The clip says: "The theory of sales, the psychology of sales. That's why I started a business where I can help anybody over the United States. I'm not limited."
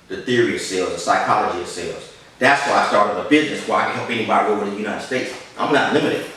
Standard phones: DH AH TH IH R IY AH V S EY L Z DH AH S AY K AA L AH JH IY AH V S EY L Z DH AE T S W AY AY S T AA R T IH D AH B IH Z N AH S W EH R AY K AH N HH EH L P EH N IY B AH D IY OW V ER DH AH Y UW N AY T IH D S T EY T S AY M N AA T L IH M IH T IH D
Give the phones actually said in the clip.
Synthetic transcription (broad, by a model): DH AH TH IH R IY AH V S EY L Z DH AH S AY K AA L AH JH IY AH V S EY L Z DH AE T S W AY AY S T AA R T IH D AH B IH Z N AH S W AY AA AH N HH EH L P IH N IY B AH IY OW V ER DH AH Y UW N AY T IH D S T EY T S AY M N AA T L IH M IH T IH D